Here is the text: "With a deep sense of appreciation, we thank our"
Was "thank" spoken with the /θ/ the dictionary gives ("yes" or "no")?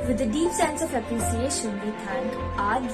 no